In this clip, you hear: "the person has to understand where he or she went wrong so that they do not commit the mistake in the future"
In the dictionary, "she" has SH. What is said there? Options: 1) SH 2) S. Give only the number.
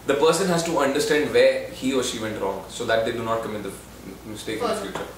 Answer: 1